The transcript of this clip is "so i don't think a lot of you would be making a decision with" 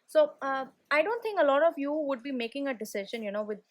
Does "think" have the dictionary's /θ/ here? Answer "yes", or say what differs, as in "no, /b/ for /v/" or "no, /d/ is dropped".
no, /t/ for /θ/